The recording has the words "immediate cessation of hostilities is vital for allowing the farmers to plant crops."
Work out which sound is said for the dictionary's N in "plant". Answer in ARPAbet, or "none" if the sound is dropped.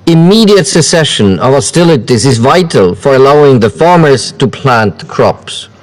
N